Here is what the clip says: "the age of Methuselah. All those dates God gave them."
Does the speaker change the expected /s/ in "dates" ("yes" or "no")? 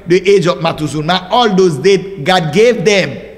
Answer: yes